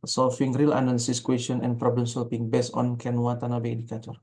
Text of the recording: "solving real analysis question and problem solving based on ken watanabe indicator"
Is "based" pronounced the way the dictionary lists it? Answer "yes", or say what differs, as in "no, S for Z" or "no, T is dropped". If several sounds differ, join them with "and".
no, T is dropped